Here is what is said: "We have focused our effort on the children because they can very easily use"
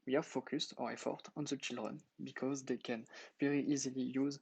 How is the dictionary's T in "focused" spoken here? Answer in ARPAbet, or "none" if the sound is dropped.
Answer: T